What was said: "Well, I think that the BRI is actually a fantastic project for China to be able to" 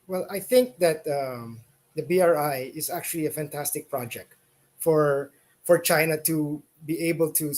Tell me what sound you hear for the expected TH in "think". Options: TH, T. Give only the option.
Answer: TH